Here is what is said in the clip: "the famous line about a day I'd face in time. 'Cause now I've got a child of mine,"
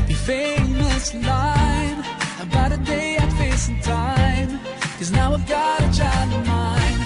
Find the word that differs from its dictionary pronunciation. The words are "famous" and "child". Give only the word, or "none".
child